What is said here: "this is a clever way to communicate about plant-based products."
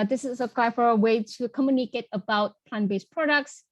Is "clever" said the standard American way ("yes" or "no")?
no